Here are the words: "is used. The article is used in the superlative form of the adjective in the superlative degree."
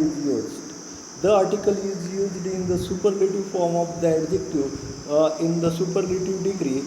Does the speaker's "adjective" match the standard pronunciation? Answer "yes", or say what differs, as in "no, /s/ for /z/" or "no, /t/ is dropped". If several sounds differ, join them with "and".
no, /v/ is dropped